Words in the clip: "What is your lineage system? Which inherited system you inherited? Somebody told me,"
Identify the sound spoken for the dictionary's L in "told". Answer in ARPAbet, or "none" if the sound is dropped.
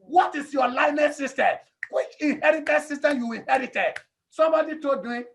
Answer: none